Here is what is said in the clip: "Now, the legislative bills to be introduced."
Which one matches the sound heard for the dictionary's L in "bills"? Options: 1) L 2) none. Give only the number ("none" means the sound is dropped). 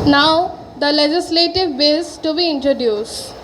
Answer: 2